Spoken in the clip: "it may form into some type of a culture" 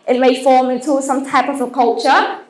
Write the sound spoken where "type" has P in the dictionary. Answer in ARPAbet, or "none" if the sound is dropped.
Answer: P